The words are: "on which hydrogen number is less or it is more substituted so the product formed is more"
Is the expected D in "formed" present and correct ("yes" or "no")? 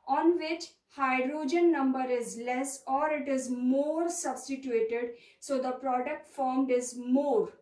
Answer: yes